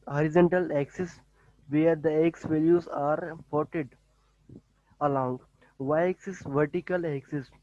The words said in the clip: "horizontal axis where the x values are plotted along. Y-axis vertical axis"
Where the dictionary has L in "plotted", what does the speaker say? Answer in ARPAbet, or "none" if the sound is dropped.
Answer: none